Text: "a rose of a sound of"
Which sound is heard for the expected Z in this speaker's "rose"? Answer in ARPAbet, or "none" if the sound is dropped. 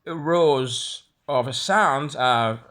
Z